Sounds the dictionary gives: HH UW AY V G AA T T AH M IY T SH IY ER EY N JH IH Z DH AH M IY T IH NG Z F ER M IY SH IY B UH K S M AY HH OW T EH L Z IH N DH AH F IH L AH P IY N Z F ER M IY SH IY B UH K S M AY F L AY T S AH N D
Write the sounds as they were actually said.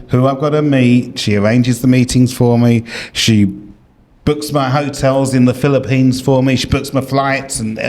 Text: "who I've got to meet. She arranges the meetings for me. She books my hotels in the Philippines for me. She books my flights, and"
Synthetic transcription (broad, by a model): HH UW AY V G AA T T AH M IY T SH IY ER EY N JH IH Z DH AH M IY T IH NG Z F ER M IY SH IY B UH K S M AY HH OW T EH L Z IH N DH AH F IH L AH P IY N Z F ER M IY SH IY B UH K S M AY F L AY T S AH N